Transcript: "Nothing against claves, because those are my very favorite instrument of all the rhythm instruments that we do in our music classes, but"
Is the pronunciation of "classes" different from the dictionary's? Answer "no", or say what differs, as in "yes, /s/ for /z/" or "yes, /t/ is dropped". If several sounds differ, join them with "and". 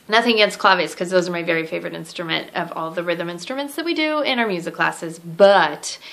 no